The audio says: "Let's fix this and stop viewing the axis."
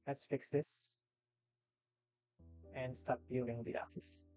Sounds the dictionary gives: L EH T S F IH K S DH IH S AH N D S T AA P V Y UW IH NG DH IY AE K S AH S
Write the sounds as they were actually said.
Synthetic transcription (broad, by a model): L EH T S F IH K S DH IH S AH N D S T AA P B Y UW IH NG DH IY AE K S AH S